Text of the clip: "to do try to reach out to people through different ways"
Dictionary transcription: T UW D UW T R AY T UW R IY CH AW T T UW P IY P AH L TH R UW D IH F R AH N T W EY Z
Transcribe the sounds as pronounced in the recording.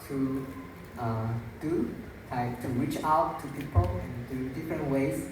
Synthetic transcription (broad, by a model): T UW D UW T AY T UW R IY CH AW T T UW P IY P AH L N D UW D IH F R AH N T W EY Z